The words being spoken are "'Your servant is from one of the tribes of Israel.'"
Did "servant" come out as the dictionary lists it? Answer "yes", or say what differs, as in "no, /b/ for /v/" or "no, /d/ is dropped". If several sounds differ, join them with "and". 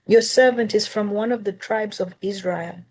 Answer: yes